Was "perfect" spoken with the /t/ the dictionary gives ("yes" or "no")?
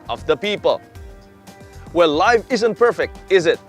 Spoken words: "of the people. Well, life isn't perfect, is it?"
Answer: yes